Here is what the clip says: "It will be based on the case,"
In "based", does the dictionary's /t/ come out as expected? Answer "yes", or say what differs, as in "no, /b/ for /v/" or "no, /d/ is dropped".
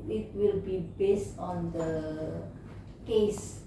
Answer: yes